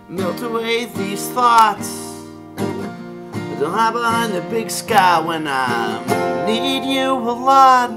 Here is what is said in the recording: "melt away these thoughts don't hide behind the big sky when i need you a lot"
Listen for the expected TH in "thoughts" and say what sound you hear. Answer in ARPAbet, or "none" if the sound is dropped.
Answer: TH